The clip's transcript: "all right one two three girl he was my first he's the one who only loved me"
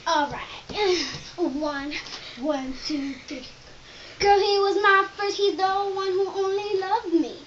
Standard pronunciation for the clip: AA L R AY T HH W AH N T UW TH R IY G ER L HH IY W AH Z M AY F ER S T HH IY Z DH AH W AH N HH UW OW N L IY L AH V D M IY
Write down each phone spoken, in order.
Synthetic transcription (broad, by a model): AA L R AY T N W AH N T UW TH IY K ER HH IY W AH Z M AY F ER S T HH IY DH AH W AH N HH UW OW N L IY L AH V D M IY